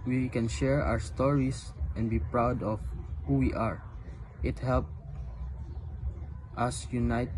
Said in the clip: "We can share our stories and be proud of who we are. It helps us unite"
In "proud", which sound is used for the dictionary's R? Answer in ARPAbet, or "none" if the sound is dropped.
R